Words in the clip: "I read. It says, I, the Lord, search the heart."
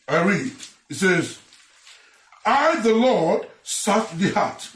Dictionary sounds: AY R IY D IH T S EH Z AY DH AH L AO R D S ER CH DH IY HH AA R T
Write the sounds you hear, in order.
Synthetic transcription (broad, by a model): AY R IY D IH T S EH Z AY DH AH L AO R D S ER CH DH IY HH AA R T